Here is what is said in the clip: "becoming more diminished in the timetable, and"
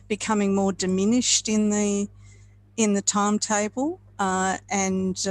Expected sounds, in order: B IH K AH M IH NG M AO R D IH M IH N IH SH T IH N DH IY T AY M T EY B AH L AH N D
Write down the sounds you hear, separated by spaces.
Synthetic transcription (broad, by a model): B IH K AH M IH NG M AO R D IH M IH N IH SH T IH N DH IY T AY M T EY B AH L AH N